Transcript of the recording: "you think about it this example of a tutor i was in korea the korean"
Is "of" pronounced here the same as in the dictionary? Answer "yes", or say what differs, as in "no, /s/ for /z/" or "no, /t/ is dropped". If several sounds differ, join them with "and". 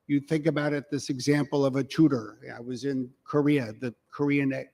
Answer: yes